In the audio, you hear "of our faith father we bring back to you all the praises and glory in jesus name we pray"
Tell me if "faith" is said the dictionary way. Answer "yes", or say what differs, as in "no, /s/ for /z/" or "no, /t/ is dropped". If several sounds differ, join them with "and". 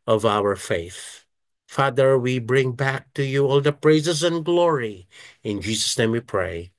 yes